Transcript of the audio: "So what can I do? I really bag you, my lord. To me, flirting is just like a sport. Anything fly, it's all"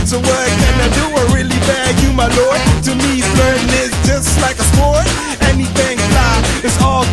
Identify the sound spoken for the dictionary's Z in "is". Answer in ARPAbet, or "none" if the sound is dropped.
S